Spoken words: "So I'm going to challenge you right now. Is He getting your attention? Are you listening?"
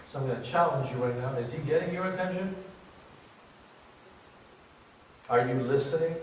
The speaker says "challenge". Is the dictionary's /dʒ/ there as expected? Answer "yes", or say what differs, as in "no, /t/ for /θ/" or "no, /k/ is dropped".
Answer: yes